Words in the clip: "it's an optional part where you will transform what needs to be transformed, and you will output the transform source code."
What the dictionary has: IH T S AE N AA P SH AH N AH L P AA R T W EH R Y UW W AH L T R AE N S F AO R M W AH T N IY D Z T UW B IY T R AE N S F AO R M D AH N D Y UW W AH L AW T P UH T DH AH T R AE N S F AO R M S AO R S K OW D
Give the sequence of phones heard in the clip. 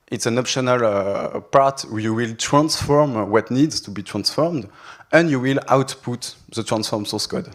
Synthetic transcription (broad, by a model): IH T S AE N AA P SH AH N AH L P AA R T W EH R Y UW W AH L T R AE N S F AO R M W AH T N IY D Z T UW B IY T R AE N S F AO R M D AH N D Y UW W AH L AW T P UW T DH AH T R AE N S F AO R M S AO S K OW D